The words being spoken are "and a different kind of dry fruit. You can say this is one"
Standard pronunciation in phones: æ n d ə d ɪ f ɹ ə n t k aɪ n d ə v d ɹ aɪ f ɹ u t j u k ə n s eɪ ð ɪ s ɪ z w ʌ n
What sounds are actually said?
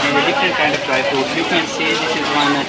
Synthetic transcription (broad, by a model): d ə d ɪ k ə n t k aɪ n d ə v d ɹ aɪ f u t j u k ə n s eɪ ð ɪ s ɪ z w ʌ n